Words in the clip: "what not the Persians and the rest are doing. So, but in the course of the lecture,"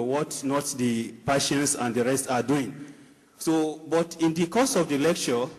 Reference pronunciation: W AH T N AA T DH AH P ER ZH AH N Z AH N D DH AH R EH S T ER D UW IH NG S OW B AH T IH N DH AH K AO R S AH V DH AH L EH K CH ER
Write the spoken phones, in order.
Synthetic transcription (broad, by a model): W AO T N AA T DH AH P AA SH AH N S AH N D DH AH R EH S T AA D UW IH NG S OW B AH T IH N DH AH K AO S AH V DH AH L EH K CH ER